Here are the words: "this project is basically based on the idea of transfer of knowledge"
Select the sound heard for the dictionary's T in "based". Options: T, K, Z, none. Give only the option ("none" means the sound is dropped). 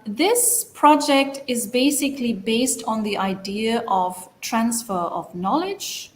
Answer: T